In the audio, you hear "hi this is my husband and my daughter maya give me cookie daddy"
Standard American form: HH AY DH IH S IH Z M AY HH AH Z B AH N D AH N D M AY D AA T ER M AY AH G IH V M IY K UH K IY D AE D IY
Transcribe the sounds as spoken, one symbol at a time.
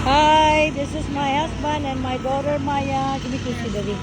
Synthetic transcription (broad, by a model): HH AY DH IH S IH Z M AY HH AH S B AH N D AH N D M AY D AA T ER M AY AH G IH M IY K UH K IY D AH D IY